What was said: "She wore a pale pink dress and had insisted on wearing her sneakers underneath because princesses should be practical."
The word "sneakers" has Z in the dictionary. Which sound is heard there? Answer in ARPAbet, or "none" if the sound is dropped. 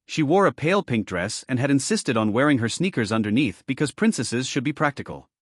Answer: Z